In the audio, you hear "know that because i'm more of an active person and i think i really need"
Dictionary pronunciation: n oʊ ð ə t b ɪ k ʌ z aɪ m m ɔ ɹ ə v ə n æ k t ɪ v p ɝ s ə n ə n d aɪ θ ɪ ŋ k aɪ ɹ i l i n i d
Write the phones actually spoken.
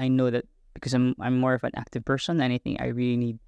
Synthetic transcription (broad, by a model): n oʊ ð ə t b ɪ k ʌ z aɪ m m ɔ ɹ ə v ə n æ k t ɪ v p ɝ s ə n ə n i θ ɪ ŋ aɪ ɹ i l i n i d